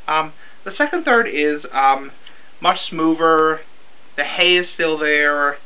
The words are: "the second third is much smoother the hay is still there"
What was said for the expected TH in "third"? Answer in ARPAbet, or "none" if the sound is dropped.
TH